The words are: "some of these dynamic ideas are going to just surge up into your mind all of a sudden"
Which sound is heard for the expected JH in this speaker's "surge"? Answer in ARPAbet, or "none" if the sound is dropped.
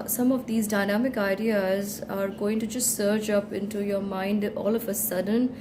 CH